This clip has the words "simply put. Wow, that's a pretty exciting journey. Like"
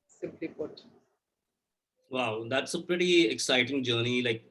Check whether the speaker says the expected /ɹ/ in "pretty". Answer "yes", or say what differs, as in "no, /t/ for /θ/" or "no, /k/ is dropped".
yes